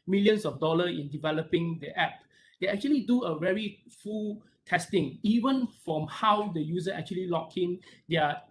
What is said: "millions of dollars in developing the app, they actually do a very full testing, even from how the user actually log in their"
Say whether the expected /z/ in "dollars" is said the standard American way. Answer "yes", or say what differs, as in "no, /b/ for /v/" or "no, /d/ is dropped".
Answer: no, /z/ is dropped